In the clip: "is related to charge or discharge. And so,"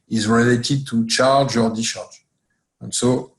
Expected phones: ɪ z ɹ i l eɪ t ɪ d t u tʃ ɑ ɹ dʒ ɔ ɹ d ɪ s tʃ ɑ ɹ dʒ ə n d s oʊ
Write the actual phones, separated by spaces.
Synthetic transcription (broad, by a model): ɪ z ɹ i l eɪ t ɪ d t u tʃ ɑ ɹ dʒ ɔ ɹ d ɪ tʃ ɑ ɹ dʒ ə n s oʊ